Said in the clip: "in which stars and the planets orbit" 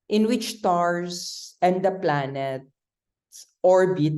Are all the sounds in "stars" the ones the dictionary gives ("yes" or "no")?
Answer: no